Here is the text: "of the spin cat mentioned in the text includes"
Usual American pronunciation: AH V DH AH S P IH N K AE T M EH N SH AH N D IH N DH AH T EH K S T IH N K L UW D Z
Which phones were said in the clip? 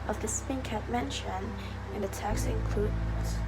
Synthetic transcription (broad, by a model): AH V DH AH S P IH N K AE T M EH N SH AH N IH N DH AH T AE K S IH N K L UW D